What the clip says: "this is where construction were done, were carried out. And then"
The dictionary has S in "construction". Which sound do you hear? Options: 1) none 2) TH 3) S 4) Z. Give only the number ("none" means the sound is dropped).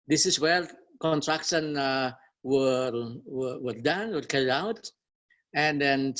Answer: 1